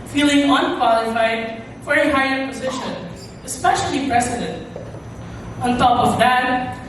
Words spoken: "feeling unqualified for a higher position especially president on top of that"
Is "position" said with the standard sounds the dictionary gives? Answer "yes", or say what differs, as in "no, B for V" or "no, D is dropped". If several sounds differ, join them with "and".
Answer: yes